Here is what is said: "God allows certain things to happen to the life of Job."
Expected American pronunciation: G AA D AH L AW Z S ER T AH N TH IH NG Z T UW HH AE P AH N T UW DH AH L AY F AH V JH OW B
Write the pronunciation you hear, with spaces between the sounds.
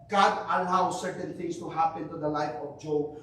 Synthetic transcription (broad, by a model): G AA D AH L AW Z S ER T AH N T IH NG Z T UW HH AE P AH N T UW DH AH L AY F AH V JH OW